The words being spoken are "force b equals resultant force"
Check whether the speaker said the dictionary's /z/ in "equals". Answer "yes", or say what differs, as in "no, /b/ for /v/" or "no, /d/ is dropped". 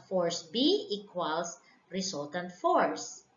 no, /s/ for /z/